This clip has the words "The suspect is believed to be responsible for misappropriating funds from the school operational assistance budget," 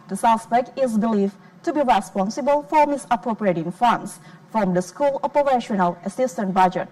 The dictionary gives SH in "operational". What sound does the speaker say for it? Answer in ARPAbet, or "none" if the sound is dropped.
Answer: SH